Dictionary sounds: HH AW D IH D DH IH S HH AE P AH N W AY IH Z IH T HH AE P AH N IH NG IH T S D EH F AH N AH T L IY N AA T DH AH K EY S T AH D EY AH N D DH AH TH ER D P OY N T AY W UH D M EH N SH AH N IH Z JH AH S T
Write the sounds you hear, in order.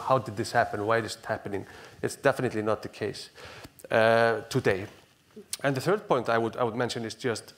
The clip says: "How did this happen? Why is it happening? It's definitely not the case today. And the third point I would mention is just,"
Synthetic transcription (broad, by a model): HH AW D IH D DH IH S HH AE P AH N W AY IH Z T HH AE P AH N IH NG IH T S D EH F AH N AH T L IY N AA T DH AH K EY S T AH D EY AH N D DH AH TH ER D P OY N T AY W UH D M EH N SH AH N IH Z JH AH S T